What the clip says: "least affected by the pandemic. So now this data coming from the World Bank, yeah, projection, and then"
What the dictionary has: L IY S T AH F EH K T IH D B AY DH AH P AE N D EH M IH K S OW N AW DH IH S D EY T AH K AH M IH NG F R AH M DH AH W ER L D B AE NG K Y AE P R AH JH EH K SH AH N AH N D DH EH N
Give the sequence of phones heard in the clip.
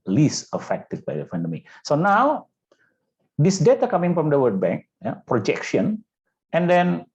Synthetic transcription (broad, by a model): L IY S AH F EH K T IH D B AY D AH F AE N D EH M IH S OW N AW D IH S D EY T AH K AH M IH NG F R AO M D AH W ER D B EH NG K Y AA P R AH JH EH K SH AH N AH N D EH N